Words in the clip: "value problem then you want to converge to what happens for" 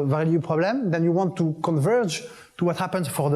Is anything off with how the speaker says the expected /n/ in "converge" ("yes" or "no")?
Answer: no